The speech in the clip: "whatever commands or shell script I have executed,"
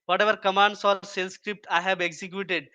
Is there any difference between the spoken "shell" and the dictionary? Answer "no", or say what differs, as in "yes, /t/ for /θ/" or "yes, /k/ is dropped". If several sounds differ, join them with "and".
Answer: yes, /s/ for /ʃ/